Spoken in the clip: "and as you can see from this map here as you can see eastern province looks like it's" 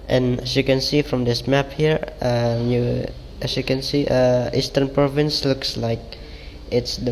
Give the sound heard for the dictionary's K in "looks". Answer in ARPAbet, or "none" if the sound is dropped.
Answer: K